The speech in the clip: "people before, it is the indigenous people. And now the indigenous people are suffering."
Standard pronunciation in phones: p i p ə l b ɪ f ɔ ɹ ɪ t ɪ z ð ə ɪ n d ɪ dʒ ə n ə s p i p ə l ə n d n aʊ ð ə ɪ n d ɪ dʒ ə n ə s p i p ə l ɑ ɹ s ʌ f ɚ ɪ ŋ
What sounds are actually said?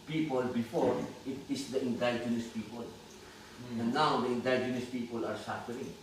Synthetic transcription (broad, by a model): p i p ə l b ɪ f ɔ ɹ ɪ t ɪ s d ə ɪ n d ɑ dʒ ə n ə s p i p ə l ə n n aʊ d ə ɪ n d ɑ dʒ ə n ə s p i p ə l ɑ ɹ s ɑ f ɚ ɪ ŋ